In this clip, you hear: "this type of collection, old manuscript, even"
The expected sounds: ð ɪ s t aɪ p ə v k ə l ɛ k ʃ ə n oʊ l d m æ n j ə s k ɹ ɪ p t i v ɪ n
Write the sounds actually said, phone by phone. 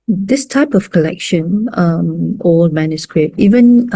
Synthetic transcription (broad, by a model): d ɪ s t aɪ p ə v k ə l ɛ k ʃ ə n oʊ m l m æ n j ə s k ɹ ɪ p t i v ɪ n